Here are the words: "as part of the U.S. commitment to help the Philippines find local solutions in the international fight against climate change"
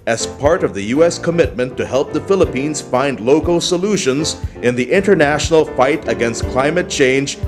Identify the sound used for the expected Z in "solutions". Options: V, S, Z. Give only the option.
Z